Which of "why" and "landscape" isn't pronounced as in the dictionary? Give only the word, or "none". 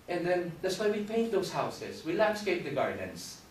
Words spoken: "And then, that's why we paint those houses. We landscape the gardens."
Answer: none